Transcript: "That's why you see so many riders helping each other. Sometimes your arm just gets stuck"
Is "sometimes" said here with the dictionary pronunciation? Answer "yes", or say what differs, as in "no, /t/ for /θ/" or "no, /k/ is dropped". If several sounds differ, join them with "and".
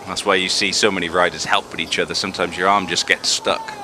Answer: yes